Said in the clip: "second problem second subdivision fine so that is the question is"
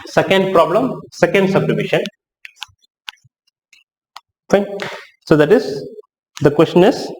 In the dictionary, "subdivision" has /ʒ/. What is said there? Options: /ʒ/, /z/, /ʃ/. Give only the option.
/ʃ/